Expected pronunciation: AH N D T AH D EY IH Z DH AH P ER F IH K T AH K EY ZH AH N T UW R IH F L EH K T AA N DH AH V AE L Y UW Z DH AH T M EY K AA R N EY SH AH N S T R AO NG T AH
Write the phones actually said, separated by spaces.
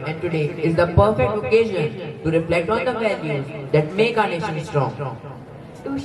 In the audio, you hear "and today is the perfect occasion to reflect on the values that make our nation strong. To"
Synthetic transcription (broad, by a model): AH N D T AH D EY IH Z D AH P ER F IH K T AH K EY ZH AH N T UW R IH F L EH K T AA N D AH V AE L Y UW Z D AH T M EY K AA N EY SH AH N S T R AO NG